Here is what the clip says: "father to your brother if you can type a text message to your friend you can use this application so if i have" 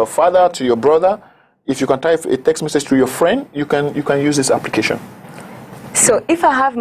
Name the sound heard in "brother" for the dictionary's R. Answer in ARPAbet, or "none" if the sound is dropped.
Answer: R